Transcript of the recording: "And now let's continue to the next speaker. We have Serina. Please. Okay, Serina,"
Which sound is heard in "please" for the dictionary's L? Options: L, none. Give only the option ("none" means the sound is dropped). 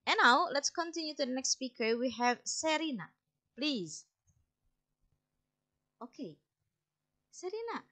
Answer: L